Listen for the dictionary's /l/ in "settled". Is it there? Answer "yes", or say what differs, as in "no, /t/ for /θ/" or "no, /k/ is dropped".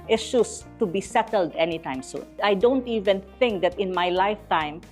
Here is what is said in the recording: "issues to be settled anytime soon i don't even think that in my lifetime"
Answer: yes